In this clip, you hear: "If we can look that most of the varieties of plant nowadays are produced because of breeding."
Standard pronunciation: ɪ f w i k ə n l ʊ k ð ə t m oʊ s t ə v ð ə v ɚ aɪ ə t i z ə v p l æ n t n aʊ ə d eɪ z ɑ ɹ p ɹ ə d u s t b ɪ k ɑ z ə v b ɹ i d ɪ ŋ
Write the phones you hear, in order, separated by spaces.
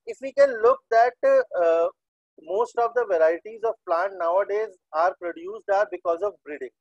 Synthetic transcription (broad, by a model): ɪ f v i k ə n l ʊ k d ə t m oʊ s t ə v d ə v ɚ aɪ ə t i z ə v p l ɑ n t n aʊ ə d eɪ z ɑ ɹ p ɹ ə d u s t b ɪ k ɑ z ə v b ɹ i d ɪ ŋ